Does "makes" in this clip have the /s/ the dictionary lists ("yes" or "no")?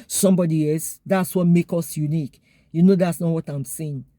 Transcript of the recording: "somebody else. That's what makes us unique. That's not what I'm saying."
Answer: no